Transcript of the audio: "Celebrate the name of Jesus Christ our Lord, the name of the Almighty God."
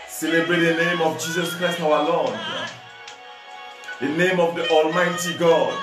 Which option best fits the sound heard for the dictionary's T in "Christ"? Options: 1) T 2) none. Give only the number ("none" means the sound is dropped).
1